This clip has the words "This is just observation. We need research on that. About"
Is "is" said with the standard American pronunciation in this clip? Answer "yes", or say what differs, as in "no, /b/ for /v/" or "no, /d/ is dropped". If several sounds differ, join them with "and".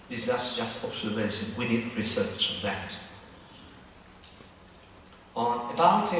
no, /s/ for /z/